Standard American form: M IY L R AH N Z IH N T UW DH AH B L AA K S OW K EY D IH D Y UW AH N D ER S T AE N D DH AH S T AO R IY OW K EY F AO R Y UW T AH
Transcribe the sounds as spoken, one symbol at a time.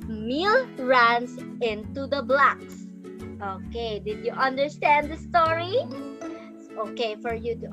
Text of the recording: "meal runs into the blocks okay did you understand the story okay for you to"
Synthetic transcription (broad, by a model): M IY L R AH N S IH N T UW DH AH B L AA K S OW K EY D IH D Y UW AH N D ER S T AE N D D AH S T AO R IY OW K EY F AO R Y UW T